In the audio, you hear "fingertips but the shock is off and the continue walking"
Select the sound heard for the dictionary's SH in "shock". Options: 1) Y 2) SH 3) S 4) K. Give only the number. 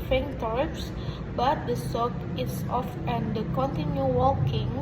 3